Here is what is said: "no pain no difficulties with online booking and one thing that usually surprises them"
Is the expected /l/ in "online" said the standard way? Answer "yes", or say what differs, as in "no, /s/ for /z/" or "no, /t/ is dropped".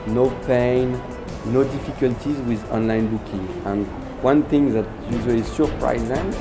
yes